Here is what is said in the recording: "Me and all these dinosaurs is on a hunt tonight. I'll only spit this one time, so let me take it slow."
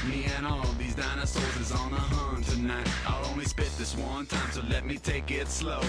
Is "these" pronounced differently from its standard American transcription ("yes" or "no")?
no